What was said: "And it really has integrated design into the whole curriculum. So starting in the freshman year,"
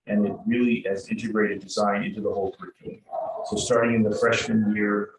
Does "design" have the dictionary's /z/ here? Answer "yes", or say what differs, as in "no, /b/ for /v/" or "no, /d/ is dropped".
yes